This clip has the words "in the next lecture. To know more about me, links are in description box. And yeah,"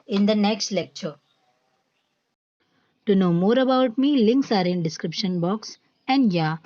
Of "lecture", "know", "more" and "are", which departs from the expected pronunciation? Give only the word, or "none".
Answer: none